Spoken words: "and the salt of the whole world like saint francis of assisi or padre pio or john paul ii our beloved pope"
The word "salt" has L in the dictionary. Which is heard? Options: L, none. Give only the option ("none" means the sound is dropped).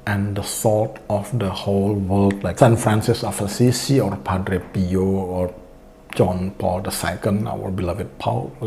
none